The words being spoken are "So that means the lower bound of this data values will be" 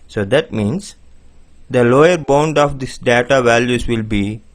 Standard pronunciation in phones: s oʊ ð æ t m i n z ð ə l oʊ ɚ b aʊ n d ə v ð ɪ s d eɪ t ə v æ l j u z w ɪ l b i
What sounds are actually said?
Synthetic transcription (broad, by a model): s oʊ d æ t m i n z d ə l oʊ ɚ b aʊ n d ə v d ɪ s d eɪ t ə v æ l j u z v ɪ l b i